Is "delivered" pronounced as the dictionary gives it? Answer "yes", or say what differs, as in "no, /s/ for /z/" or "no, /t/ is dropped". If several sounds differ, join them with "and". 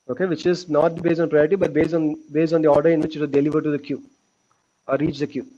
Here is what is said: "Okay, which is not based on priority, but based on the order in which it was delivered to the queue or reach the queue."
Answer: yes